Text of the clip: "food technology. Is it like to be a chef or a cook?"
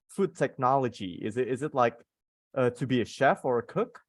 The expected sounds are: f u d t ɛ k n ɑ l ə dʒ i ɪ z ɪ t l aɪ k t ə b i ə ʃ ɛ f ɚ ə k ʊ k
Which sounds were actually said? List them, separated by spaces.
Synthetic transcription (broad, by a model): f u d t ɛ k n ɑ l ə dʒ i ɪ z ɪ t l aɪ k t ə b i ə ʃ ɛ f ɚ ə k ʊ k